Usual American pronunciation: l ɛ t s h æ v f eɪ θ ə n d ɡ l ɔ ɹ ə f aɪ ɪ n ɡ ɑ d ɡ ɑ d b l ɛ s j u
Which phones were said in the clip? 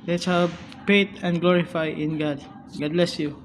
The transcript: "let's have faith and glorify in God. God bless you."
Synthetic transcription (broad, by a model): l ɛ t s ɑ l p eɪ t ə n d ɡ l ɔ ɹ ə f aɪ ɪ n ɡ ɑ d ɡ ɑ d b l ɛ s j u